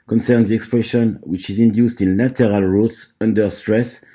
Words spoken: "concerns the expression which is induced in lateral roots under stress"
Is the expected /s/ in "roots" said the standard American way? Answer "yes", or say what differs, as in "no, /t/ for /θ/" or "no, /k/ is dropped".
yes